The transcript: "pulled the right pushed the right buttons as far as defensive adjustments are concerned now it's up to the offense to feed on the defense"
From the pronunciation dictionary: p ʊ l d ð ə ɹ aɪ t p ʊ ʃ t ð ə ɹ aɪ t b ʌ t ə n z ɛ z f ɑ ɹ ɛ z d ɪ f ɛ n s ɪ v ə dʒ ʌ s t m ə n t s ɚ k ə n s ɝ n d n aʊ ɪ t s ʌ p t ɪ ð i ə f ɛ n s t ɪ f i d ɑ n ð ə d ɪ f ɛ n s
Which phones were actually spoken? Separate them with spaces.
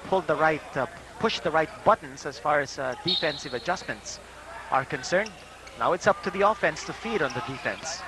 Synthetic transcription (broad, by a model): p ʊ l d ð ə ɹ aɪ t p ʊ ʃ ð ə ɹ aɪ t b ʌ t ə n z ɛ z f ɑ ɹ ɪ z d ɪ f ɛ n s ɪ v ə dʒ ʌ s m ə n t s ɚ k ə n s ɝ n d n aʊ ɪ t s ʌ p t ɪ ð i ə f ɛ n s t ɪ f i d n ð ə d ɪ f ɛ n s